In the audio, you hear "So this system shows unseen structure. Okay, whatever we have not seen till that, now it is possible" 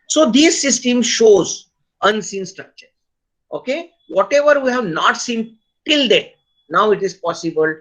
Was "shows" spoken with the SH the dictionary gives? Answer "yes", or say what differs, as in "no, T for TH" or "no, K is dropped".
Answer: yes